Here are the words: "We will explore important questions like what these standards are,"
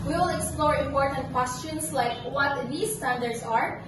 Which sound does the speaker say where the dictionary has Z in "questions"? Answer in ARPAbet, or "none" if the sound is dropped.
S